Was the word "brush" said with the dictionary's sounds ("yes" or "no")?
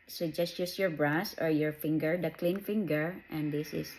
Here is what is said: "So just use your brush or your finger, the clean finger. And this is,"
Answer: no